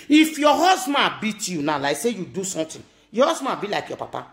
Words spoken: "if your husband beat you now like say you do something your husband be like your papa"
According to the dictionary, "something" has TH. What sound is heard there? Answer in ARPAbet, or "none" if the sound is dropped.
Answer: T